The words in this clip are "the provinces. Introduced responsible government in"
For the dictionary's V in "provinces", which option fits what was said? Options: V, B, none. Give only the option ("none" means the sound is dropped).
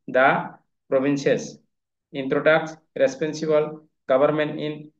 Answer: B